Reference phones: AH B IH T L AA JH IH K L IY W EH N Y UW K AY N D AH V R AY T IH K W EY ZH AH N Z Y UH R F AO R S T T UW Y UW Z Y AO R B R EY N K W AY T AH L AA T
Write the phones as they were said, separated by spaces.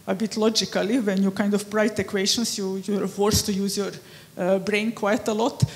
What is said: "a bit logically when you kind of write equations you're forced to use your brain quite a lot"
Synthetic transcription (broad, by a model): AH B IH T L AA JH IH K L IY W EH N Y UW K AY N D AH P R AY T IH K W EY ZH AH N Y Y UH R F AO R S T T UW Y UW Z Y AO R B R EY N K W AY T AH L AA T